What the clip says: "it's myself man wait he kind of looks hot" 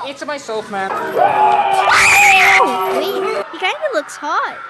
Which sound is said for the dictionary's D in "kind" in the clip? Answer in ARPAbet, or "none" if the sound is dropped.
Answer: none